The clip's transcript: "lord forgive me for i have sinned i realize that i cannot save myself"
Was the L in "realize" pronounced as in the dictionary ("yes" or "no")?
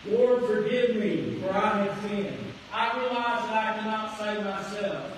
yes